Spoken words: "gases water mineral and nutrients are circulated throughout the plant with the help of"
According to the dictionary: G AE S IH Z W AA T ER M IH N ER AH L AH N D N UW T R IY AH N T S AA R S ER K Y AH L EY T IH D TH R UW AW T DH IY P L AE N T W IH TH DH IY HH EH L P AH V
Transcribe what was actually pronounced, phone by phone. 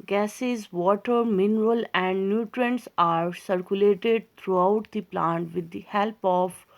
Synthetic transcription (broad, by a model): G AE S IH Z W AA T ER M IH N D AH L AH N D N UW T R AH N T S AA R S ER K Y AH L EY T IH D T R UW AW T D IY P L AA N T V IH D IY HH EH L P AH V